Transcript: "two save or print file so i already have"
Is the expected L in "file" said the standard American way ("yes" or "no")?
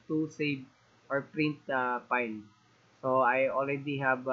no